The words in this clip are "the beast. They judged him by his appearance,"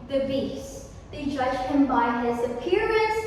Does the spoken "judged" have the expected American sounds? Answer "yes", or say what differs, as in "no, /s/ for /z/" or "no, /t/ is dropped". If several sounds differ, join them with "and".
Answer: no, /d/ is dropped